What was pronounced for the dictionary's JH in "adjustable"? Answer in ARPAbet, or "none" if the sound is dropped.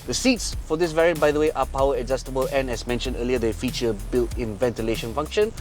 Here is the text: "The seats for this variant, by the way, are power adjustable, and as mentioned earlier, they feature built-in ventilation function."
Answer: Z